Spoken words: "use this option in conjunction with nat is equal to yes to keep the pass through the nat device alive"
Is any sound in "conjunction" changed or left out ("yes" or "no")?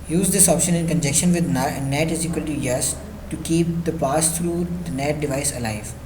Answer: yes